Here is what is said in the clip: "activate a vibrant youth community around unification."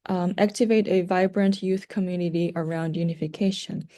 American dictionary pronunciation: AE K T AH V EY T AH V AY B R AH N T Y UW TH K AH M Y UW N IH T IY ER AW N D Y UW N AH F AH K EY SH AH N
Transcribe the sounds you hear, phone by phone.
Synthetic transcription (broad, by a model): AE K T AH V EY T AH V AY B R AH N T Y UW TH K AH M Y UW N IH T IY ER AW N D Y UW N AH F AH K EY SH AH N